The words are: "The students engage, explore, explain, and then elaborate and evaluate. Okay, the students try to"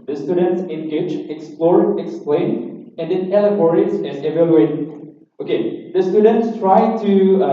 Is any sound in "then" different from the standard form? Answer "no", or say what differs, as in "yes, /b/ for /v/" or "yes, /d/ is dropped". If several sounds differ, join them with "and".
yes, /l/ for /n/